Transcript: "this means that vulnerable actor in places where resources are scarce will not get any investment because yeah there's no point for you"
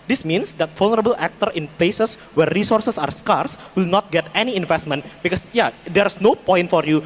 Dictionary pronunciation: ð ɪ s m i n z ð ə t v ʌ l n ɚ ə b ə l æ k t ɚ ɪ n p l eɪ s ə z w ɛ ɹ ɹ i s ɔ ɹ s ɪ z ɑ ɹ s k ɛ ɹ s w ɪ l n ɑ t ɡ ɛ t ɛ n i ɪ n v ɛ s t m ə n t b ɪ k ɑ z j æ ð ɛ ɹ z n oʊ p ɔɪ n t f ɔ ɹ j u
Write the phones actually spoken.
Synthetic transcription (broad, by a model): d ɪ s m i n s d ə t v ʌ l n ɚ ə b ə l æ k t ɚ ɪ n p l eɪ s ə s w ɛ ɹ ɹ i s ɔ ɹ s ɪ s ɑ ɹ s k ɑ ɹ s w ɪ l n ɑ t ɡ ɛ t ɛ n i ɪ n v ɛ s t m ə n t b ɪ k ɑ s j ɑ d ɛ ɹ s n oʊ p ɔɪ n t f ɔ ɹ j u